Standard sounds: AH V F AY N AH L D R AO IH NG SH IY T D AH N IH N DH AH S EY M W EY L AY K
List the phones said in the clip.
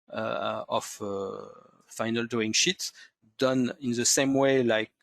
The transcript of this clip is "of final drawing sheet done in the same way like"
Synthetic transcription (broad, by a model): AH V F AY N AH L D UW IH NG SH IY T D AH N IH N DH AH S EY M W EY L AY K